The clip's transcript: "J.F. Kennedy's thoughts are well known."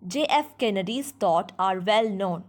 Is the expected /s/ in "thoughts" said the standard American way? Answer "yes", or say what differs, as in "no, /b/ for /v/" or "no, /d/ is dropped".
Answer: no, /s/ is dropped